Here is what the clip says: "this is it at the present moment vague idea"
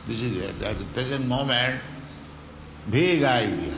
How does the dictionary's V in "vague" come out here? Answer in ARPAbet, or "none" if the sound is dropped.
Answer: B